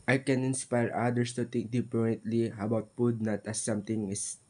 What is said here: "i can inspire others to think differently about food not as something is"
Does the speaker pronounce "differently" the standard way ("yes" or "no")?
no